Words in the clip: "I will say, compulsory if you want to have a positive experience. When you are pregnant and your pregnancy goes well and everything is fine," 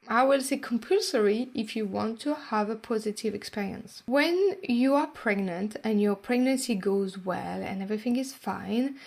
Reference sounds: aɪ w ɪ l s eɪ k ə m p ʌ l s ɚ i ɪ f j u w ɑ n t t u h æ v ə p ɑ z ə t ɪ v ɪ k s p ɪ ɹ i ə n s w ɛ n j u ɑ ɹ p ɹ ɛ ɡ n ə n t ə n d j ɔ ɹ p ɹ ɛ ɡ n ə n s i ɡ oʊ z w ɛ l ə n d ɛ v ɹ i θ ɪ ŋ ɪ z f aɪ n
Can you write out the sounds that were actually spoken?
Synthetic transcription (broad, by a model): aɪ w ɪ l s eɪ k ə m p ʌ l s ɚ i ɪ f j u w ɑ n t t u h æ v ə p ɑ z ə t ɪ v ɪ k s p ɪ ɹ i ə n s w ɛ n j u ɑ ɹ p ɹ ɛ ɡ n ə n t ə n j ɔ ɹ p ɹ ɛ ɡ n ə n s i ɡ oʊ z w ɛ l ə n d ɛ v ɹ i θ ɪ ŋ ɪ z f aɪ n